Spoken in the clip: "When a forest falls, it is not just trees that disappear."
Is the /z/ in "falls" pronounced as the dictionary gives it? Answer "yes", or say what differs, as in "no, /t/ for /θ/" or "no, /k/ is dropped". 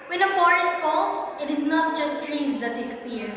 no, /s/ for /z/